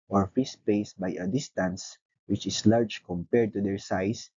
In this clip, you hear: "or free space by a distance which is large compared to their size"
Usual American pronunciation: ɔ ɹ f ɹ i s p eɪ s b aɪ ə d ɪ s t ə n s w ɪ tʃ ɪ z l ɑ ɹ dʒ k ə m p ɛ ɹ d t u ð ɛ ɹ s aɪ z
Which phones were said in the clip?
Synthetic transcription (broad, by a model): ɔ ɹ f i s p eɪ s b aɪ ə d ɪ s t ə n s w ɪ tʃ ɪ s l ɑ ɹ dʒ k ə m p ɛ ɹ d t u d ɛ ɹ s aɪ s